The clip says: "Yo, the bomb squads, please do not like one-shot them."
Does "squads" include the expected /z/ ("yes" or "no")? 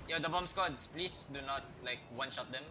no